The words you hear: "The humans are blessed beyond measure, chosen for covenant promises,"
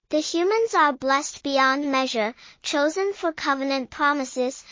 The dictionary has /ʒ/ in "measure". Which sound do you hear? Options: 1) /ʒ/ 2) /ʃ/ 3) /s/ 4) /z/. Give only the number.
1